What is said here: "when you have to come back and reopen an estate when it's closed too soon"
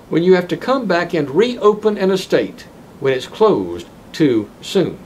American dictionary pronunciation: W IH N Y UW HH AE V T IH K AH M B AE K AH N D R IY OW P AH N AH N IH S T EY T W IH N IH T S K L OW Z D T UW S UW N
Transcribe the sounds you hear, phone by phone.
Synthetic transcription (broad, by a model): W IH N Y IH HH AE F T IH K AH M B AE K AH N R IY OW P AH N AH N IH S T EY T W IH N IH T S K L OW Z T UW S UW N